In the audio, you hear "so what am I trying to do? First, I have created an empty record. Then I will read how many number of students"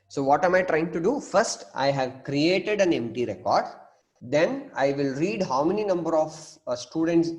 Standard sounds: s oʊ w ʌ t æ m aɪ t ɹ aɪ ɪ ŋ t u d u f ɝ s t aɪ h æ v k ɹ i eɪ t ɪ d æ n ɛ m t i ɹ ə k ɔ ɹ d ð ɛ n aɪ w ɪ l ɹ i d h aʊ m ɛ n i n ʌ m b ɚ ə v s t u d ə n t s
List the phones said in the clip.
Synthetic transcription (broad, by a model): s oʊ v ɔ t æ m aɪ t ɹ aɪ ɪ ŋ t u d u f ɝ s t aɪ h æ v k ɹ i eɪ t ɪ d æ n ɛ m t i ɹ ə k ɔ ɹ d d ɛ n aɪ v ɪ l ɹ i d h aʊ m ɛ n i n ʌ m b ɚ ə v s t u d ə n t s